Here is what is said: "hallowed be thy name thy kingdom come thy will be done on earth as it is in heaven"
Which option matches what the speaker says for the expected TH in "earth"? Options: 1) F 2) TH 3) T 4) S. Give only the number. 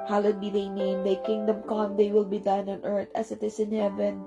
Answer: 3